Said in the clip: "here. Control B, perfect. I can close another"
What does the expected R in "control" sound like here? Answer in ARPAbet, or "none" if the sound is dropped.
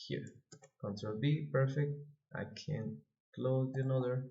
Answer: none